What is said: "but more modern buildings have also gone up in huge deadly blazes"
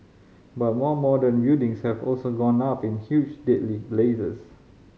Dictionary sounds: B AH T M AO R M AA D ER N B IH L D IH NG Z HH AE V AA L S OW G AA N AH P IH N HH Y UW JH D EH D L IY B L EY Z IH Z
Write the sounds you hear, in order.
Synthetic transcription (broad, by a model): B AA T M AO M AA D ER N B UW D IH NG S HH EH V AA L S OW G AA N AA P IH N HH Y UW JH D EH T L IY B L EY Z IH S